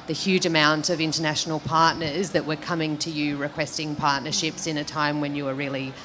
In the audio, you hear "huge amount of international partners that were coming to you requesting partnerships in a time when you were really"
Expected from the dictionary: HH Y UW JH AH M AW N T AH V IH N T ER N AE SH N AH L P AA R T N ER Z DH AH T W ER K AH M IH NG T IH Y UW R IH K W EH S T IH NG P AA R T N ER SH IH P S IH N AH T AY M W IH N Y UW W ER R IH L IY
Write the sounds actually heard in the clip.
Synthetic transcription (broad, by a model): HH Y UW JH AH M AW N T AH V IH N T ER N AE SH N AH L P AA R T N ER Z DH AH T W ER K AH M IH NG T IH Y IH R IH K W EH S T IH NG P AA R T N ER SH IH P S IH N AH T AY M W IH N Y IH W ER R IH L IY